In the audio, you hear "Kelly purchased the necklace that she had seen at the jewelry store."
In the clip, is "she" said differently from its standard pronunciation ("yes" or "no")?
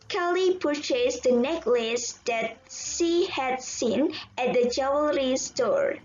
yes